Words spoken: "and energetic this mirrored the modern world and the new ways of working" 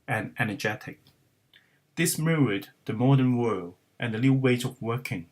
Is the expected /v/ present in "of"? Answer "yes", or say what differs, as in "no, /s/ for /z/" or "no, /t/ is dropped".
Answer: yes